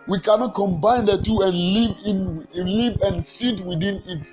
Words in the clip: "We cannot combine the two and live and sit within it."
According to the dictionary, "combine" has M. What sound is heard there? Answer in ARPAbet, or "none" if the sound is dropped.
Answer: M